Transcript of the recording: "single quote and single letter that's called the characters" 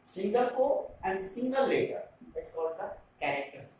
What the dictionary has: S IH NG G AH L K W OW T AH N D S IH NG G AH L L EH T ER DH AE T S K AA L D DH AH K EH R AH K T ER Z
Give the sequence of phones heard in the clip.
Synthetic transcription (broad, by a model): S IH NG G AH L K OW AH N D S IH NG G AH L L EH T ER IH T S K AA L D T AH K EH R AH K T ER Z